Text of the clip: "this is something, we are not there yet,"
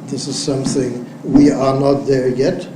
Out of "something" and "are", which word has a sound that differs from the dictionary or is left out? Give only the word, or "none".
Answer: none